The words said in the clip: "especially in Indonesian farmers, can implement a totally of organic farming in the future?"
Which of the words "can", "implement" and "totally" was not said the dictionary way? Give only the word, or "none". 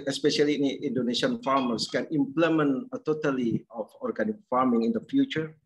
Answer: implement